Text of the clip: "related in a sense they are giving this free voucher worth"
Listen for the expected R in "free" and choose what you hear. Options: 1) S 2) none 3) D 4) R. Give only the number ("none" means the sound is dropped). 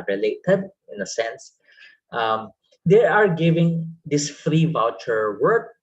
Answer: 4